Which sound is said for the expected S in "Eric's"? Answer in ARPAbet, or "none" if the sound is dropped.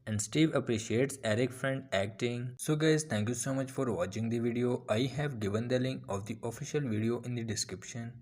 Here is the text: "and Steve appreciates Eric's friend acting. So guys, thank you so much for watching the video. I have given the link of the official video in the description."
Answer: none